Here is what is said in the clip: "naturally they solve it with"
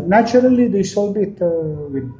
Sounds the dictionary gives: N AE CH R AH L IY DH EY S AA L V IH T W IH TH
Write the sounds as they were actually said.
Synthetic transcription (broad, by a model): N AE CH R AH L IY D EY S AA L B IH T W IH